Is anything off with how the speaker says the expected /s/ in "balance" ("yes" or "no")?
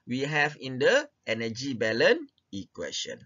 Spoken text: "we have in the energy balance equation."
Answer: yes